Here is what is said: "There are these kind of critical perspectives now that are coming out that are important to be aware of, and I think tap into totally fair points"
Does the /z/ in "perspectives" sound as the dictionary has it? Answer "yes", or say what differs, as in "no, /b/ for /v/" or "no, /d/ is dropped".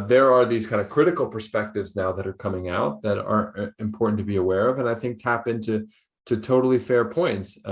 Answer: yes